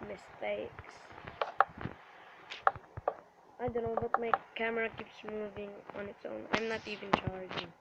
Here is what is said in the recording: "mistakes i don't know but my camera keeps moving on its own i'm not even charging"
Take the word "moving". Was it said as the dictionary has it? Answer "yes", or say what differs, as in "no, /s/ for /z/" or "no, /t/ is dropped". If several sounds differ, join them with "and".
yes